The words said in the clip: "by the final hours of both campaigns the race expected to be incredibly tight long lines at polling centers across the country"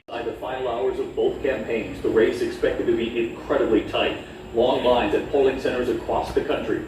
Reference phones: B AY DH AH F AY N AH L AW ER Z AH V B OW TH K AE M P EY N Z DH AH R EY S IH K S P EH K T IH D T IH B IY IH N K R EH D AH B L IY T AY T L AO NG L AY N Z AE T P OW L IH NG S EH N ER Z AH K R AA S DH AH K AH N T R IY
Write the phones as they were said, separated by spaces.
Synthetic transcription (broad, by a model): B AY DH AH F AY AH L AW ER Z AH V B OW TH K AE M P EY N Z DH AH R EY S IH K S P EH K T IH D T IH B IY IH N K R EH D AH B L IY T AY T L AO NG L AY N Z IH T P OW L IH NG S EH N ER Z AH K R AA S DH AH K AH N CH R IY